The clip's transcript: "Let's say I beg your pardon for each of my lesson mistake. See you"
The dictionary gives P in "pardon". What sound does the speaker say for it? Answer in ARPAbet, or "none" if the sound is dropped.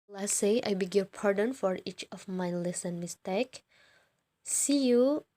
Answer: P